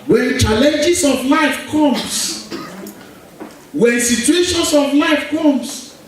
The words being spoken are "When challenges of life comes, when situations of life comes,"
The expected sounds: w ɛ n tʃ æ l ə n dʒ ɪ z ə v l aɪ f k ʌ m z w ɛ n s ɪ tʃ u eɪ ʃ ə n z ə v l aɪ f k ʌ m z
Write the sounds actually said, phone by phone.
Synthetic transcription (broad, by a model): w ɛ n tʃ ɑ l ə n dʒ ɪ s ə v l aɪ f k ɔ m s w ɛ n s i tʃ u eɪ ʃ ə n s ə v l aɪ f k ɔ m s